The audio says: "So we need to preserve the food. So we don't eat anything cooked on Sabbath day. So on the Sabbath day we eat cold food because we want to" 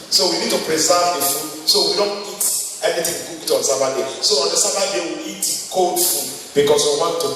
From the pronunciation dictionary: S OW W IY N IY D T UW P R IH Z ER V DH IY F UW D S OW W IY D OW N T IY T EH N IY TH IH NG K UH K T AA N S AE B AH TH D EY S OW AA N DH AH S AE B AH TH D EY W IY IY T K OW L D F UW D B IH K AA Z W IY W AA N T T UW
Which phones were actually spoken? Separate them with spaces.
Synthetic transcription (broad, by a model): S OW W IY N IY D T UW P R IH S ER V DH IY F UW S OW W IY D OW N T IY T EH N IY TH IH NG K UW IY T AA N S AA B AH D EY S OW AA N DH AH S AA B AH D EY W IY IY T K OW D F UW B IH K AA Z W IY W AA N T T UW